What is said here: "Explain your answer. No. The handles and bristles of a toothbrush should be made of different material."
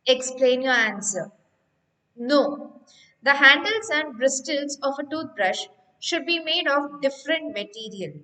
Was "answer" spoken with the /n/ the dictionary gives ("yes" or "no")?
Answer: yes